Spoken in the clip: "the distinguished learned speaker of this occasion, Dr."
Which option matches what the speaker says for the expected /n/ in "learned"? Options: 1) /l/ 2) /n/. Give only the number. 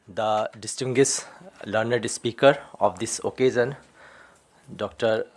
2